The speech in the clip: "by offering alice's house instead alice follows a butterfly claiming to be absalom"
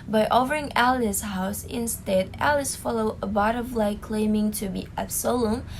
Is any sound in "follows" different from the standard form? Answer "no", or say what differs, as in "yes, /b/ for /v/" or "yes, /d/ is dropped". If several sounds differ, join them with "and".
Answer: yes, /z/ is dropped